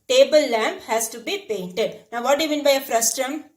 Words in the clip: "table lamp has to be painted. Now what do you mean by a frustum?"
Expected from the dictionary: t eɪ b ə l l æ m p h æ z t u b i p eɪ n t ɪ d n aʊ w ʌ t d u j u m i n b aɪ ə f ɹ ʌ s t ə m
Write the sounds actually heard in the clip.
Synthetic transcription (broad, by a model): t eɪ b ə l l æ m p h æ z t u b i p eɪ n t ɪ d n aʊ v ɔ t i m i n b aɪ ə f ɹ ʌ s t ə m